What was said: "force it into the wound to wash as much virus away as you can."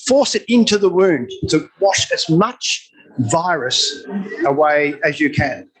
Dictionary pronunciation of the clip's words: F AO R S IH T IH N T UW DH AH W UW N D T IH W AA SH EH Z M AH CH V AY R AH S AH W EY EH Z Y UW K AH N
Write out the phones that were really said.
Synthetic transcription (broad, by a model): F AO R S IH T IH N T UW DH AH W UW N T IH W AA SH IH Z M AH CH V AY R AH S AH W EY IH Z Y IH K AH N